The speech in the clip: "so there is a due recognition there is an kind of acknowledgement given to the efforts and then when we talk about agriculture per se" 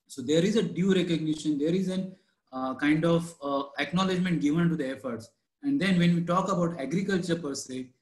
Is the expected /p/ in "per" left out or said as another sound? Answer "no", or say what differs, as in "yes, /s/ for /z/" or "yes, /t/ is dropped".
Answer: no